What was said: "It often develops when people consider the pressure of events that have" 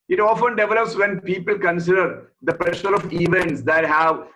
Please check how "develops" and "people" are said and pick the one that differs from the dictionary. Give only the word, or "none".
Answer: none